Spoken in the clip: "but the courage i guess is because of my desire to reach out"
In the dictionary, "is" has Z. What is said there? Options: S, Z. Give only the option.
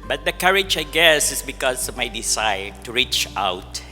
S